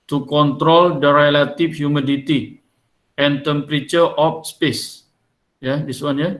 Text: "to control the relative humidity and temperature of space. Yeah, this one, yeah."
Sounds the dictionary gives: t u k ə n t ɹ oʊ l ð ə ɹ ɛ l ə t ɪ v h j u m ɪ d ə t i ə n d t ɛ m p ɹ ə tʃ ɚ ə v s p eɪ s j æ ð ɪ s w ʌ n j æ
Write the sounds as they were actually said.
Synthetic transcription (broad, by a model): t u k ə n t ɹ oʊ l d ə ɹ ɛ l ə t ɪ f h j u m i d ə t i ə n t ɛ m p ɹ ə tʃ ɚ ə f s p eɪ s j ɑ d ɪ s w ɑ n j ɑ